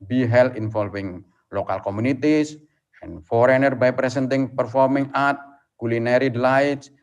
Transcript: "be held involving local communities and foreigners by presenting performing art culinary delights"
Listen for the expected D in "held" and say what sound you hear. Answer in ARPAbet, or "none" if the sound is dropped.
none